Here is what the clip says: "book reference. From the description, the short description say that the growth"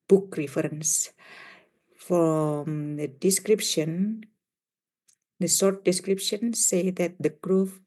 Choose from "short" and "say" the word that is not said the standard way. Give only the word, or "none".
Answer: short